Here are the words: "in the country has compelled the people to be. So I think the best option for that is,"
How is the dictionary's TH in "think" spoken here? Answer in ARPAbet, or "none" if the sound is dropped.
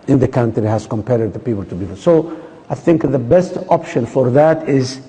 TH